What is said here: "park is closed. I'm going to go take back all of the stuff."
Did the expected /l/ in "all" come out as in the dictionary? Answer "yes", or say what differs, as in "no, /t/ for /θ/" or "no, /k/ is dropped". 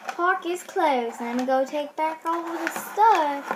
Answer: no, /w/ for /l/